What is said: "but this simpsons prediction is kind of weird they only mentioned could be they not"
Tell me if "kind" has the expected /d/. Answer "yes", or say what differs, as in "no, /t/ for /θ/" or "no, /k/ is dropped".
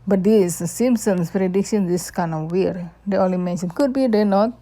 no, /d/ is dropped